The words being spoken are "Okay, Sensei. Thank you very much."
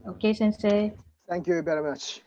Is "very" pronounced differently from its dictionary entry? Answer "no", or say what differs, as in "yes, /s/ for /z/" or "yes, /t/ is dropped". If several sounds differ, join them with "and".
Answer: yes, /b/ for /v/